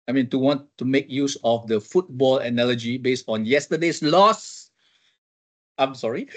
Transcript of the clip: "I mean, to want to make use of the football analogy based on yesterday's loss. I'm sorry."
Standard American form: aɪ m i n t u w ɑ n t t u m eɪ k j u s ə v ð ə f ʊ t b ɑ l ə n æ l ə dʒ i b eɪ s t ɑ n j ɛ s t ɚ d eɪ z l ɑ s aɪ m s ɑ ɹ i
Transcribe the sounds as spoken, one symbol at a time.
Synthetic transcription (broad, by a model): aɪ m i n t u w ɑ n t t u m eɪ k j u s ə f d ə f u t b ɑ l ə n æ l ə dʒ i b eɪ s t ɑ n j ɛ s t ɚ d eɪ s l ɑ s aɪ m s ɑ ɹ i